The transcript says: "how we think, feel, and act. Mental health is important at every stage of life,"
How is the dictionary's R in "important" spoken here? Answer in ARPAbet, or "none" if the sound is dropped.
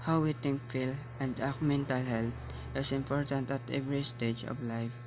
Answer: R